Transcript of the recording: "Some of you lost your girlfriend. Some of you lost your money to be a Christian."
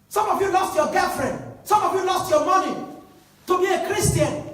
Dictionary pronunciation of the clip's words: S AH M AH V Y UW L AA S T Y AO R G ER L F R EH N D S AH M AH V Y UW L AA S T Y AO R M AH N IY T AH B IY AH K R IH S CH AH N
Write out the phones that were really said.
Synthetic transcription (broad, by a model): S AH M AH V Y UW L AA S T Y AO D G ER F R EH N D S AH M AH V Y UW L AA S T Y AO M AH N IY T AH B IY AH K R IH S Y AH N